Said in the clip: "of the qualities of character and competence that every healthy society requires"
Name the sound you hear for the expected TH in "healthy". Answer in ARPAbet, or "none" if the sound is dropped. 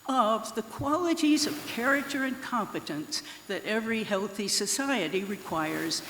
TH